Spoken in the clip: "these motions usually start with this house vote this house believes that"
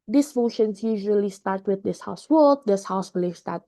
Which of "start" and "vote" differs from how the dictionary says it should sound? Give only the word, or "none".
vote